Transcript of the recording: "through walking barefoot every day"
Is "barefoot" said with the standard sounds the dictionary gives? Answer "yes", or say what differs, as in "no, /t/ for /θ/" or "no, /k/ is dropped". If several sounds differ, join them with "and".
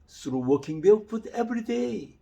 no, /l/ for /ɹ/